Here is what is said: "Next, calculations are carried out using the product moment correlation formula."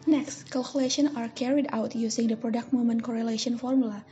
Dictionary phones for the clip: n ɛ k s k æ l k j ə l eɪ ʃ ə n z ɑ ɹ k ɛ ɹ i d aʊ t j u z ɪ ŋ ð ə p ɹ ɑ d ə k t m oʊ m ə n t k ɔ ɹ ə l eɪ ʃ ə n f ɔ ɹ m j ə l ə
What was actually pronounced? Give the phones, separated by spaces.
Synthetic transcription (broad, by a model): n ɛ k s k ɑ l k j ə l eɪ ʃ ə n ɑ ɹ k ɛ ɹ i d aʊ t j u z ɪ ŋ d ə p ɹ ɑ d ə k t m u m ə n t k ɔ ɹ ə l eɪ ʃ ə n f ɔ ɹ m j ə l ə